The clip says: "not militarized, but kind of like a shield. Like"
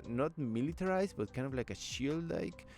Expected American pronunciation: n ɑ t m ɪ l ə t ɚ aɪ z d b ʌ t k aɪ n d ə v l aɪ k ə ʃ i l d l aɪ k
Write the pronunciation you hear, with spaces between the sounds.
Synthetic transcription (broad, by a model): n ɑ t m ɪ l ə t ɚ aɪ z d b ʌ t k aɪ n d ə v l aɪ k ə ʃ i l d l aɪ k